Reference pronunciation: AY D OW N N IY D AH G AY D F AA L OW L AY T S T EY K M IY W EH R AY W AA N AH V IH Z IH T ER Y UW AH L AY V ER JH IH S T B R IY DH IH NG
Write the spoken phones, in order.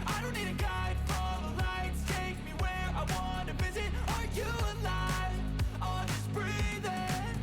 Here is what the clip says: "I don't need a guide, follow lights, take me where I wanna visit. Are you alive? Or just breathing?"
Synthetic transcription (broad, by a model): AY D OW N N IY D AH G AY D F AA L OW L AY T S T EY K M IY W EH R AY W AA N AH V IH Z IH T ER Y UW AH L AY ER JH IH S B R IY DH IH